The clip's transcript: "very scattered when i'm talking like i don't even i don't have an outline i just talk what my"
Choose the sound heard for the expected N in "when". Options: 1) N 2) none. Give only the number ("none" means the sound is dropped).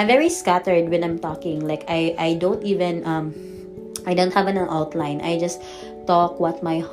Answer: 1